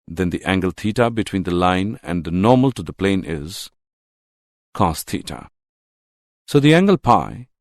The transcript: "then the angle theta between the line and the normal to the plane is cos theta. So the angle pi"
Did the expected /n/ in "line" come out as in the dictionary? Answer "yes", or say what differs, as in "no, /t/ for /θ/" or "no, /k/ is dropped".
yes